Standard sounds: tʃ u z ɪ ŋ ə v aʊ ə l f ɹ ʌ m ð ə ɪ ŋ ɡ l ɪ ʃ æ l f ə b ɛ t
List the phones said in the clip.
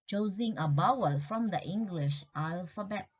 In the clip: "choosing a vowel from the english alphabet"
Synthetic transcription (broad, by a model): tʃ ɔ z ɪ ŋ ə b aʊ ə l f ɹ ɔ m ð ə ɪ ŋ ɡ l ɪ ʃ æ l f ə b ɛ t